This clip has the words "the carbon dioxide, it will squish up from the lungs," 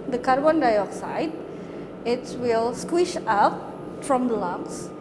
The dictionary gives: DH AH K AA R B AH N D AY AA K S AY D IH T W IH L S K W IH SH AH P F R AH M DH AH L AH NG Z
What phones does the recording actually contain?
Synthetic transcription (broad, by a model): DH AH K AA R B AH N D AY AA K S AY D IH T W IH L S K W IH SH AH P F R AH M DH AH L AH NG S